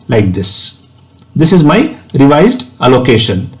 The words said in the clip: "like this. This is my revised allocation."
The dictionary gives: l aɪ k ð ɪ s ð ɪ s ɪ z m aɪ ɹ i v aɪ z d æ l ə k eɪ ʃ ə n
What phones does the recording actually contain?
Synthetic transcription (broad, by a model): l aɪ k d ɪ s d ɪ s ɪ z m aɪ ɹ i v aɪ z d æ l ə k eɪ ʃ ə n